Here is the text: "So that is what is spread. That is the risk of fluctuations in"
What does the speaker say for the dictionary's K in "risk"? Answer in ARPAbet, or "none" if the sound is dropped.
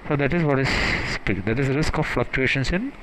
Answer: K